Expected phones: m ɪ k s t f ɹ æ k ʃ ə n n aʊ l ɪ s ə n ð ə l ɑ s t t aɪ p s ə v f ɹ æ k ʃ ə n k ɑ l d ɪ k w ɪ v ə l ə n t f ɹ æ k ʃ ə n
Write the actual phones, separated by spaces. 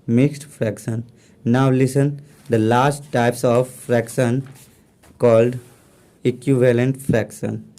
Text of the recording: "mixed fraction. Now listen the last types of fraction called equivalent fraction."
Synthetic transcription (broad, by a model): m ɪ k s t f ɹ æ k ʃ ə n n aʊ l ɪ s ə n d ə l ɑ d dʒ t aɪ p s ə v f ɹ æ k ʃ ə n k ɑ l d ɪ k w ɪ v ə l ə n t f ɹ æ k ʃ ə n